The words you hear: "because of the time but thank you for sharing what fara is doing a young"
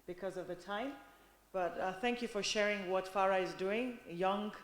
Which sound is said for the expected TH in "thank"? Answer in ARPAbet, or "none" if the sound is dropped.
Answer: TH